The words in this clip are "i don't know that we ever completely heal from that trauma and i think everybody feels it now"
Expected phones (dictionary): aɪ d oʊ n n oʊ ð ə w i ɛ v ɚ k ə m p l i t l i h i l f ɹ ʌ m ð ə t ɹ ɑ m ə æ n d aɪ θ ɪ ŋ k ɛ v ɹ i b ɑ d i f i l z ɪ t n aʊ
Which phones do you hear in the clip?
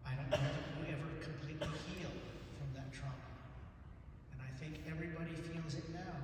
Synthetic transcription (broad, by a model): aɪ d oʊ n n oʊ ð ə w i ɛ v ɚ k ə m p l i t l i h i l f ɹ ʌ m ð ə t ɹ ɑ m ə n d aɪ θ ɪ ŋ k ɛ v ɹ i b ɑ d i f i l z ɪ t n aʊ